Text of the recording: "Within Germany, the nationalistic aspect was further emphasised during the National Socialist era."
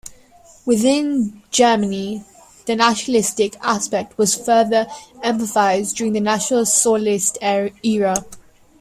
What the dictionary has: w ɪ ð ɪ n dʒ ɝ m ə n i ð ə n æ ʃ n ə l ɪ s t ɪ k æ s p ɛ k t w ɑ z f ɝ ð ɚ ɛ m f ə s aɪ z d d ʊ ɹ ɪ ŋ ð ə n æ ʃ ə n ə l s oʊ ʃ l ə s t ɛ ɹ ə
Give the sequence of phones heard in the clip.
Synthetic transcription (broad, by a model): w ɪ ð ɪ n dʒ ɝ m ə n i ð ə n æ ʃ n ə l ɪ s t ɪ k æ s p ɛ k t w ɑ z f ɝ ð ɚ ɛ m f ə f aɪ z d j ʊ ɹ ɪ ŋ ð ə n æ ʃ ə n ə l s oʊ l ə s t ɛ ɹ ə